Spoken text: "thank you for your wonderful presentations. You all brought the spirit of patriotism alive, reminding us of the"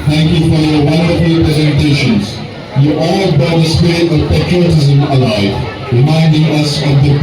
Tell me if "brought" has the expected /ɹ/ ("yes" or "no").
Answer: no